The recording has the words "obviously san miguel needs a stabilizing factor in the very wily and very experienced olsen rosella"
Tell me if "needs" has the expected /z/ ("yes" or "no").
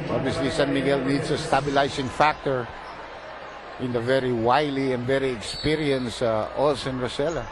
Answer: no